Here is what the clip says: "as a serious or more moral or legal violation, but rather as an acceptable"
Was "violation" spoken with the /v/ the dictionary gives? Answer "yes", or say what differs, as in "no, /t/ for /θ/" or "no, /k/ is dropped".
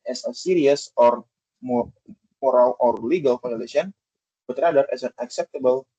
no, /f/ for /v/